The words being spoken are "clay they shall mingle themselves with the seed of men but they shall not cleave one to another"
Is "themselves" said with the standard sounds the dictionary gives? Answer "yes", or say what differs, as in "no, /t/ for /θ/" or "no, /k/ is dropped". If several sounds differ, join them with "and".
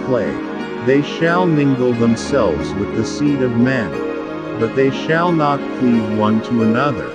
yes